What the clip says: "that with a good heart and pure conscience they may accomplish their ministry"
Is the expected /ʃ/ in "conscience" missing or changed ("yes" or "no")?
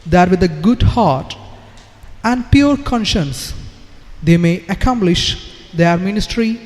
no